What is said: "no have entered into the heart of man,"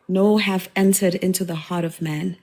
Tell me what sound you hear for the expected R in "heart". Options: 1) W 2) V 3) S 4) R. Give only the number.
4